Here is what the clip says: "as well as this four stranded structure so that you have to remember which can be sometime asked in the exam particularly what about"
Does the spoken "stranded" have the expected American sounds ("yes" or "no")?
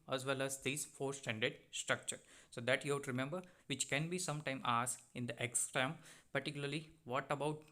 no